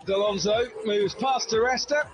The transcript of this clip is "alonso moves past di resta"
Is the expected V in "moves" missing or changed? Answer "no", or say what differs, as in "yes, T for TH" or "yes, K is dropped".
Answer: no